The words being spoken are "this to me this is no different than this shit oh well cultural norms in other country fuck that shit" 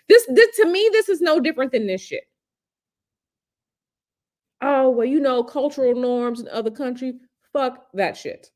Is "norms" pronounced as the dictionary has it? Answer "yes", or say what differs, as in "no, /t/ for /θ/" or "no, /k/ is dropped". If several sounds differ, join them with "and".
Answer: yes